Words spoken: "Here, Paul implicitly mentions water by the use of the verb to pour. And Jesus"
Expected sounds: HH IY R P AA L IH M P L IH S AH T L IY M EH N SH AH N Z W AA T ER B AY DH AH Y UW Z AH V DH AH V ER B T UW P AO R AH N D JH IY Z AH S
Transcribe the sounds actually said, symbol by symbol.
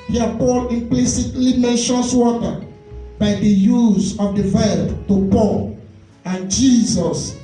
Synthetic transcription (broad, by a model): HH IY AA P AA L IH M P L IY S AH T L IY M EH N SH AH N S W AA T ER B AY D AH Y UW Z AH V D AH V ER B T UW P AO L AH N JH IY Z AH S